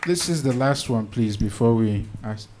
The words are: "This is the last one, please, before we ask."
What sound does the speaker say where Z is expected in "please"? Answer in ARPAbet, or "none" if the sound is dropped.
Z